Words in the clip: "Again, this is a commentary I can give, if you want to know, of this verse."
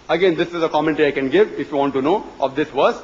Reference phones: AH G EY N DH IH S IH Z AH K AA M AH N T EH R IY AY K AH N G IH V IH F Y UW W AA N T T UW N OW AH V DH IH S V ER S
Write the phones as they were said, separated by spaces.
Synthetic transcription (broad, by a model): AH G EY N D IH S IH Z AH K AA M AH N T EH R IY AY K AH N G IH V IH F Y UW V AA N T T UW N OW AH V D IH S V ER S